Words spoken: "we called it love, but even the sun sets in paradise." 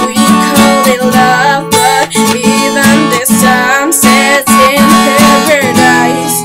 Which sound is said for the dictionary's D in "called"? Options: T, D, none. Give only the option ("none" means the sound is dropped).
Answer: none